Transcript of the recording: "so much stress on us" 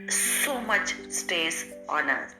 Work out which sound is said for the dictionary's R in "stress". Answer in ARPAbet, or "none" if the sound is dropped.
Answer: none